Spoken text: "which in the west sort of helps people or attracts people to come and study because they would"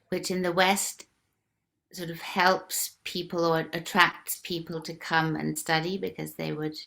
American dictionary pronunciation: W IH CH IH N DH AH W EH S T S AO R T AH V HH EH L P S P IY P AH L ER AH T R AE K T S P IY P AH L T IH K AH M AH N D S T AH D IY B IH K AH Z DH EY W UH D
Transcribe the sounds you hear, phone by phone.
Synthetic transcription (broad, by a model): W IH CH IH N DH AH W EH S T S AO R T AH V HH EH L P S P IY P AH L ER AH T R AE K T S P IY P AH L T IH K AH M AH N S T AH D IY B IH K AH Z DH EY W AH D